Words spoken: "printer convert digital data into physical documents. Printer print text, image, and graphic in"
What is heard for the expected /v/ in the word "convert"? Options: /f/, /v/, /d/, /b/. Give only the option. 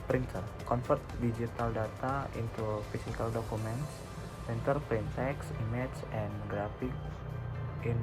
/f/